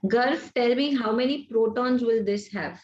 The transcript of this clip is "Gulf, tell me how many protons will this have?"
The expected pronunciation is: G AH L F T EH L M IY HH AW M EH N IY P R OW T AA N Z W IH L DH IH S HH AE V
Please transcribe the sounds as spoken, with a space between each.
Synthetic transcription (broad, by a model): G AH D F T EH L M IY HH AW M EH N IY P R OW T AA N Z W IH L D IH S HH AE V